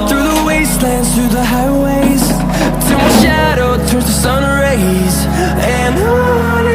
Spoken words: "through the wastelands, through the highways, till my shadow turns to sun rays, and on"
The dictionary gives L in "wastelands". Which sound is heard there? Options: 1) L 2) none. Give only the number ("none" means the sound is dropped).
1